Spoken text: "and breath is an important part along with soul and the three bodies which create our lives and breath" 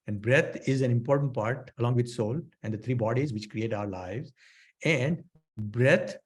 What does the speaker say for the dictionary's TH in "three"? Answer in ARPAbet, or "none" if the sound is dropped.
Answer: T